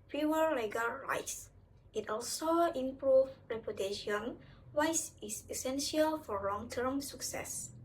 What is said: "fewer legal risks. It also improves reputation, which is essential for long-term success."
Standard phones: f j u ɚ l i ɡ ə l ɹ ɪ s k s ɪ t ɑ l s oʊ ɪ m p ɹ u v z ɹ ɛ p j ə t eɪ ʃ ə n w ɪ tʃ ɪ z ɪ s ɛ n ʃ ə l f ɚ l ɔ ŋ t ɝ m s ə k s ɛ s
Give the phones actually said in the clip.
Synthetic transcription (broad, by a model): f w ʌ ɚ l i ɡ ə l ɹ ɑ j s ɪ t ɑ l s oʊ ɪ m p ɹ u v ɹ ɛ p j ə t eɪ ʃ ə n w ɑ s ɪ s ɪ s ɛ n ʃ ə l f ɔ l ɔ ŋ t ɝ m s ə k s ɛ s